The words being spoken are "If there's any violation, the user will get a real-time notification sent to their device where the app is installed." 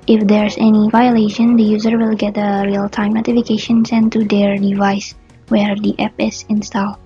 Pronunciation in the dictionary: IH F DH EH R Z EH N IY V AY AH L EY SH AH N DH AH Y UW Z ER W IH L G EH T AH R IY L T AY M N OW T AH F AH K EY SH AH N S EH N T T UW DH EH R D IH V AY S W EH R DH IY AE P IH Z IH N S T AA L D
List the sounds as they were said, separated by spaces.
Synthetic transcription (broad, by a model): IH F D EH R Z EH N IY V AY AH L EY SH AH N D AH Y UW Z ER W IH L G EH T AH R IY L T AY M N OW T AH F AH K EY SH AH N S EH N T T UW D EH R D IH V AY S W EH R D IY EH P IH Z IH N S T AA L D